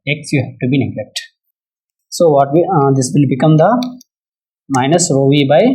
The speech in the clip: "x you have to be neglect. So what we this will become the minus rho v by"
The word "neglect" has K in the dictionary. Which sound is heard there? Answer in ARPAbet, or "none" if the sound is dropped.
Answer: K